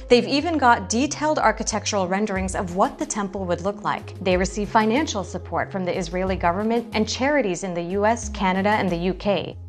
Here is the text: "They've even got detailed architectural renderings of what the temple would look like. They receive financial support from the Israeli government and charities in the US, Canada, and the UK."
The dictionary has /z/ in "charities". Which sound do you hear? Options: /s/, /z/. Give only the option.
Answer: /z/